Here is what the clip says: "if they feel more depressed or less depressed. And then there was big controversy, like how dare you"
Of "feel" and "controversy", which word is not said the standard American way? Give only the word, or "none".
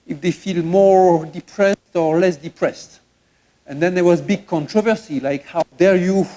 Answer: none